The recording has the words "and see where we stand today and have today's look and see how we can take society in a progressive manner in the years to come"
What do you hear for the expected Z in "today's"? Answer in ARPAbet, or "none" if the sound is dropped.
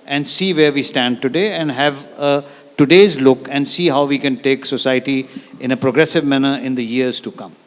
Z